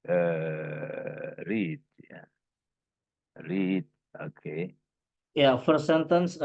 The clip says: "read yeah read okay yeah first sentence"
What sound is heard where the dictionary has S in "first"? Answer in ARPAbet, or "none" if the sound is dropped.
none